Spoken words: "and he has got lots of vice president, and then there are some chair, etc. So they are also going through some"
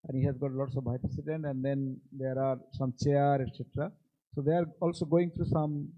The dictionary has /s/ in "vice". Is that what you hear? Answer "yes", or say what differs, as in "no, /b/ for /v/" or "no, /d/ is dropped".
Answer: no, /s/ is dropped